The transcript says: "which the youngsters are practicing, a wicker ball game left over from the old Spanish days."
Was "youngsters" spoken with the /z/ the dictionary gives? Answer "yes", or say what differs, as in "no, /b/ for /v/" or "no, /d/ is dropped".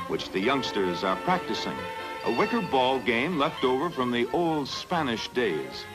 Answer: yes